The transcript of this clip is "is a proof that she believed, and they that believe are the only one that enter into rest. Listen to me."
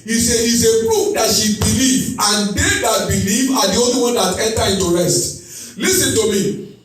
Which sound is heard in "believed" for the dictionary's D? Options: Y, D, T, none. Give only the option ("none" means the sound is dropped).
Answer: none